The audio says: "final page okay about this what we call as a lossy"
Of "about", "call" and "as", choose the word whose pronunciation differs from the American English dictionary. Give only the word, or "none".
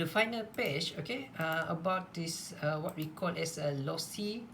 as